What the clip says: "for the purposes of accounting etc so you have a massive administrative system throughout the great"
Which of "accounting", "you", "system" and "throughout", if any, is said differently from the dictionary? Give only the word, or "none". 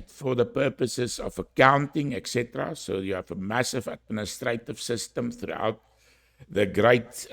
none